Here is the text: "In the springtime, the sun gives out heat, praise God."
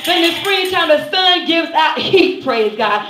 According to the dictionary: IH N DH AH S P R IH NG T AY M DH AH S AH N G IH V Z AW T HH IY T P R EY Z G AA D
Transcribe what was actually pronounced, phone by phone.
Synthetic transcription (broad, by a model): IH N DH AH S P R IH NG T AY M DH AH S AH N G IH V Z AW T HH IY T P R EY Z G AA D